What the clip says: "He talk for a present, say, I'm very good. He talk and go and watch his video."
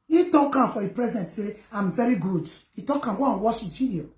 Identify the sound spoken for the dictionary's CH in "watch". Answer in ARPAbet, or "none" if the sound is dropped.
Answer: SH